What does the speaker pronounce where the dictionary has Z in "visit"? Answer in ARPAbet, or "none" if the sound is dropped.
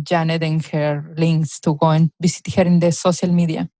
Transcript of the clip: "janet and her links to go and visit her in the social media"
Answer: S